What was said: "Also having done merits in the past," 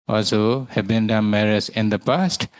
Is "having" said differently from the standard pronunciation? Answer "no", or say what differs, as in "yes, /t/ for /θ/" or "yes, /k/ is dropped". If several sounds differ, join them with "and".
yes, /b/ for /v/